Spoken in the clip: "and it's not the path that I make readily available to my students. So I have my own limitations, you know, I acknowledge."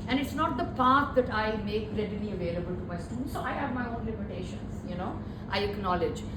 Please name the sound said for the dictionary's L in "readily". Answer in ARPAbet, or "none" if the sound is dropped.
N